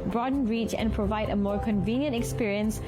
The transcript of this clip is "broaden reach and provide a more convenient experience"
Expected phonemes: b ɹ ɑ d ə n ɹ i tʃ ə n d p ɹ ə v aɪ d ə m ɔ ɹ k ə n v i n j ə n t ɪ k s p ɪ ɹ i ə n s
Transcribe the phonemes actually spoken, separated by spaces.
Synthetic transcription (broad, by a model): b ɹ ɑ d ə n ɹ i tʃ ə n p ɹ ə v aɪ d ə m ɔ ɹ k ə n v i n j ə n t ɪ k s p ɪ ɹ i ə n s